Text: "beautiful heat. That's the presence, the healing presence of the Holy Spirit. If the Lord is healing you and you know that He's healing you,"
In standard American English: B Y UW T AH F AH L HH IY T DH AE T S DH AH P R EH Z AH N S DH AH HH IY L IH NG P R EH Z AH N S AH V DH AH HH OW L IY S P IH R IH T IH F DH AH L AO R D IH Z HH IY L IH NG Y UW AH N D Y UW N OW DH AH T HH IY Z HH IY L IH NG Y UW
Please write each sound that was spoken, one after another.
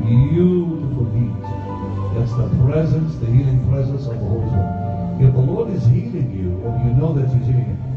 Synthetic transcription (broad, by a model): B Y UW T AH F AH L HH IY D DH AE T S DH AH P R EH Z AH N S DH AH HH IY L IH NG P R EH Z AH N S AH V DH AH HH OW IY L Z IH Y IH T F DH AH L AO R D IH Z HH IY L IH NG Y UW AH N Y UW N OW DH AH T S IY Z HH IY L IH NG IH